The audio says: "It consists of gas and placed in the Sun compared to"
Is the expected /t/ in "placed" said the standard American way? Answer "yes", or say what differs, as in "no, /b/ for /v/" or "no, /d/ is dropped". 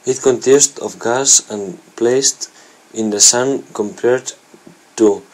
yes